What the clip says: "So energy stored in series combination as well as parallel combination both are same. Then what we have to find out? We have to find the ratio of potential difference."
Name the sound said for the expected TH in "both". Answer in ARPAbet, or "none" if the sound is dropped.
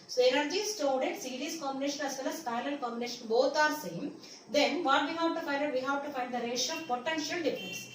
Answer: T